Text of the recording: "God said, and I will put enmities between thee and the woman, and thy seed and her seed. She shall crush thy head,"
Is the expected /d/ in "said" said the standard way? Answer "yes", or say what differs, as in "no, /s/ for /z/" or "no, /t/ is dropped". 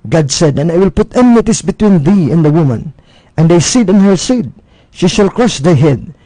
yes